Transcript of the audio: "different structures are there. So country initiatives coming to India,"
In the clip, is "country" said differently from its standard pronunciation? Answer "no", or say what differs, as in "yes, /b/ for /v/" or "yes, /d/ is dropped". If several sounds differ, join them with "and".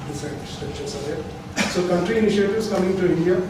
no